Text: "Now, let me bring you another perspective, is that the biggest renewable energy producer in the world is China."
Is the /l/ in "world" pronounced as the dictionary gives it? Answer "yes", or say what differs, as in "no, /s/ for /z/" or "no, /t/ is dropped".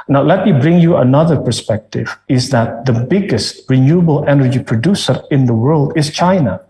yes